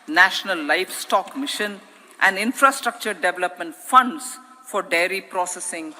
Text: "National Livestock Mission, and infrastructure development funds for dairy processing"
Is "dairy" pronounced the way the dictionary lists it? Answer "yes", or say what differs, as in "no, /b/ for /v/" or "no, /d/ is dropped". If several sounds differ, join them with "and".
yes